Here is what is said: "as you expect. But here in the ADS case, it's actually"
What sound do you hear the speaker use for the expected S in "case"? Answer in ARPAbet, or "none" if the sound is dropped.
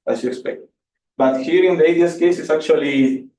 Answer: S